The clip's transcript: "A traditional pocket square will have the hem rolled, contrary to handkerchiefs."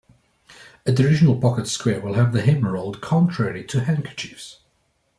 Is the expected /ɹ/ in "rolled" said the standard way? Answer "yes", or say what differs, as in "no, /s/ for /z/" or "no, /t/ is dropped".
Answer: yes